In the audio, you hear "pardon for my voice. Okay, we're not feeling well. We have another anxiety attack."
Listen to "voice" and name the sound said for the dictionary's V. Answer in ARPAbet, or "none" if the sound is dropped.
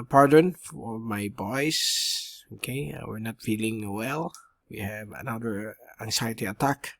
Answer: B